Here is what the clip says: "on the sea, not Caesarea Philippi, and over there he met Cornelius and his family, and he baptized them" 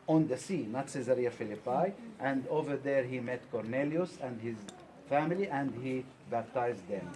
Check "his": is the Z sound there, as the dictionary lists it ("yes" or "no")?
yes